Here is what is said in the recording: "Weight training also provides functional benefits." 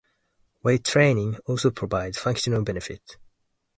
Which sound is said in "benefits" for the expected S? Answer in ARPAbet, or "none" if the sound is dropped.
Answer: none